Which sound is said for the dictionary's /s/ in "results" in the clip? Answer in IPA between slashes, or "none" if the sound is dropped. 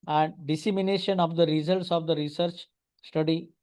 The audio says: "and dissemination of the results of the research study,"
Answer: /s/